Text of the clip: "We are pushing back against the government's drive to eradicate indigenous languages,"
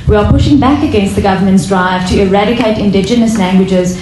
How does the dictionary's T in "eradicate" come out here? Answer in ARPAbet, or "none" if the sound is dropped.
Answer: T